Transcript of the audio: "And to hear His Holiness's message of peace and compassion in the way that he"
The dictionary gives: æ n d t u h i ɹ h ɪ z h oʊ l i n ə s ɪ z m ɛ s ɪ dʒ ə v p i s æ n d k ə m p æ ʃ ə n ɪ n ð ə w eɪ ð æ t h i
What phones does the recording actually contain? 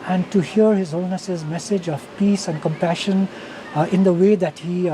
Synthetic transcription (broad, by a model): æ n d t u h i ɹ h ɪ z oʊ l n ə s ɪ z m ɛ s ɪ dʒ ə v p i s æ n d k ə m p æ ʃ ə n ɪ n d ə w eɪ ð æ t h i